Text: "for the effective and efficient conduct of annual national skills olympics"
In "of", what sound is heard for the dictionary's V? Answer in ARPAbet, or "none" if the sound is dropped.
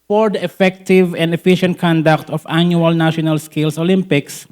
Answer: F